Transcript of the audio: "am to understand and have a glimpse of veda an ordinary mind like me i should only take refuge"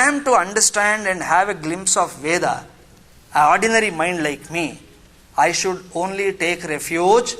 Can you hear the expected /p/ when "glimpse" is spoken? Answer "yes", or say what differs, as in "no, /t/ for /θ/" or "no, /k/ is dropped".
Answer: yes